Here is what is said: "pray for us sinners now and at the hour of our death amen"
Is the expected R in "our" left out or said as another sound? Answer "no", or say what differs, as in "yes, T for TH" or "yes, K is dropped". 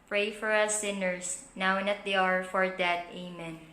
no